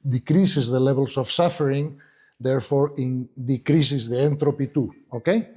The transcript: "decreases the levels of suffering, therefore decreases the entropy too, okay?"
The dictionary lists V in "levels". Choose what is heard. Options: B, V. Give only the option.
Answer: B